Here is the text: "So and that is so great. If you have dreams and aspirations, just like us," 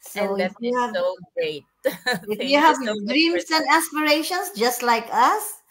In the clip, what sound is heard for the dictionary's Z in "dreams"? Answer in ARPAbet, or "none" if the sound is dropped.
S